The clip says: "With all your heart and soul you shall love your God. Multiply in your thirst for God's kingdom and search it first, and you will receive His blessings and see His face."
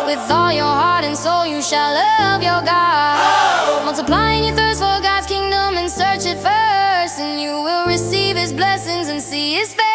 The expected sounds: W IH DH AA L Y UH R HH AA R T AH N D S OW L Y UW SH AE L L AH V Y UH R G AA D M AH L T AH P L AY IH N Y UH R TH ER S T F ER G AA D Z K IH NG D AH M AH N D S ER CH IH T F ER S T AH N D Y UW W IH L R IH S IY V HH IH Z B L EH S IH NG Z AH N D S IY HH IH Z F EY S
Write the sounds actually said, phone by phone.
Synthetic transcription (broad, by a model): W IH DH AA L Y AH R HH AA R T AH N S OW L Y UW SH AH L L AH V Y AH R G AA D M AH L T AH P L AY IH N Y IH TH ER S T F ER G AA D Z K IH NG D AH M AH N S ER CH IH T F ER S T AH N Y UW W IH L R IH S IY V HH IH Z B L EH S IH NG Z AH N S IY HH IH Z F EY